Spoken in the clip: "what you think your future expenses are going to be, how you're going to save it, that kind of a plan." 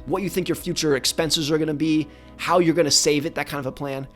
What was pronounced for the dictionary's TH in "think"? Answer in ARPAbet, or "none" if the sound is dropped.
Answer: TH